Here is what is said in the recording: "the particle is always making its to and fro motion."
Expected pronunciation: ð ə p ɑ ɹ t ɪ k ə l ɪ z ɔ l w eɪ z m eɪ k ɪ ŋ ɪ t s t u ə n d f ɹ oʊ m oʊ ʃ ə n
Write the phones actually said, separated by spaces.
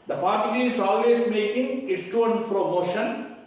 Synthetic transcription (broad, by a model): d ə p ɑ ɹ t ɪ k l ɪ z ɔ l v eɪ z m eɪ k ɪ ŋ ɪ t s t u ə n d p ɹ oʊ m oʊ ʃ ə n